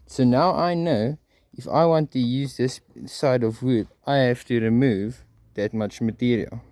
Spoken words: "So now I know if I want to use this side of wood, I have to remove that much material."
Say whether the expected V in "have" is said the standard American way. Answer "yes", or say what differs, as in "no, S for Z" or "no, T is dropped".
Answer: no, F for V